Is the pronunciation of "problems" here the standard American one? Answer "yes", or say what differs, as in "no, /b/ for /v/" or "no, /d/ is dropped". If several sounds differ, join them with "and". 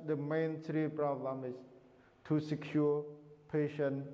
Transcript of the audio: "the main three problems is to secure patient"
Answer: no, /z/ is dropped